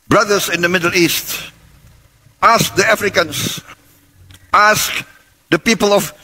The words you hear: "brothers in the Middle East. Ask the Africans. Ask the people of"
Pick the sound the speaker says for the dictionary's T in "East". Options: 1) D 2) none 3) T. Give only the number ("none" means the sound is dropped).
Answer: 3